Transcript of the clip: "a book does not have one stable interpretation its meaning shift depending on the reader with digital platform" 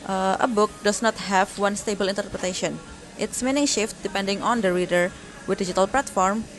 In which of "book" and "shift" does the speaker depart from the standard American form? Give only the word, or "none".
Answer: none